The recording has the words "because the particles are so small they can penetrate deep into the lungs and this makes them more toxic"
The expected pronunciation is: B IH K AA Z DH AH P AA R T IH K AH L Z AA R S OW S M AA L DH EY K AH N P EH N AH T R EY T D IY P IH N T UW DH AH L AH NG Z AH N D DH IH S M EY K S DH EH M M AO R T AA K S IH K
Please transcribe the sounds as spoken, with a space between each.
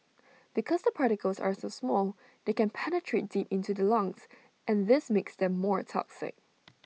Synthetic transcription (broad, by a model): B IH K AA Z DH AH P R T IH K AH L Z AA R S OW S M AA L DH EY K AH N P EH N AH T R EY T D IY P IH N T UW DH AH L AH NG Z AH N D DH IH S M EY K S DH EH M M AO R T AA K S IH K